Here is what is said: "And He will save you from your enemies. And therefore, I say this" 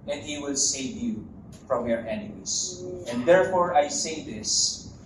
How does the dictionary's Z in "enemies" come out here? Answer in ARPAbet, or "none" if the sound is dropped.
S